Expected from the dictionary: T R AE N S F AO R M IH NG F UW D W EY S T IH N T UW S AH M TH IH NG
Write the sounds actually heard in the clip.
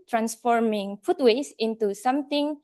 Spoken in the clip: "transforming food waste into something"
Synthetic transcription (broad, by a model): T R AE N S F AO R M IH NG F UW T W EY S IH N T UW S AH M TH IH NG